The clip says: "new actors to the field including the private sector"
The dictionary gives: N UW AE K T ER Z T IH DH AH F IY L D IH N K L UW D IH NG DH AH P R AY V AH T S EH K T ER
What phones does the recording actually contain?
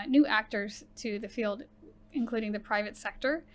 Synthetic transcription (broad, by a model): N UW AE K T ER Z T IH DH AH F IY L D IH N K L UW D IH NG DH AH P R AY V AH T S EH K T ER